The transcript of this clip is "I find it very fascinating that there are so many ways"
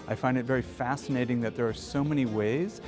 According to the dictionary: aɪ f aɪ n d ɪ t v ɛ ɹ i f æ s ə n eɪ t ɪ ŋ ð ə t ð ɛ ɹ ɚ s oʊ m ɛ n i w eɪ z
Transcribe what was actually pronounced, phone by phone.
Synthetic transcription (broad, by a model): aɪ f aɪ n d ɪ t v ɛ ɹ i f æ s ə n eɪ t ɪ ŋ ð ə t ð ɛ ɹ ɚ s oʊ m ɛ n i w eɪ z